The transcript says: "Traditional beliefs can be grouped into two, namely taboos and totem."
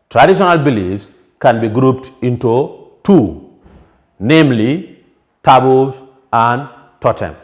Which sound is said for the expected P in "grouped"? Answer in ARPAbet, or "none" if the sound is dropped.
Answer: P